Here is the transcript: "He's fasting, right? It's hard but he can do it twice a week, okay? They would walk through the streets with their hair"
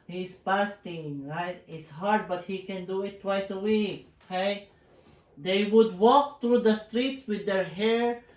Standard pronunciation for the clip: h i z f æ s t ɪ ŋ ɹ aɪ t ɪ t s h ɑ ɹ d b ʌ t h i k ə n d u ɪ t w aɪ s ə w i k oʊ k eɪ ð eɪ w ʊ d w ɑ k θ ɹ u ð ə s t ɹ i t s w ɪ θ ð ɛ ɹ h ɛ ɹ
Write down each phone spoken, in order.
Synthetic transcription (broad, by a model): h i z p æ s t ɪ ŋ ɹ aɪ t ɪ t s h ɑ ɹ d b ʌ t h i k ə n d u ɪ t w aɪ s ə w i k oʊ k eɪ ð eɪ w ʊ d w ɑ k t ɹ u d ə s t ɹ i t s w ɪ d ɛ ɹ h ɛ ɹ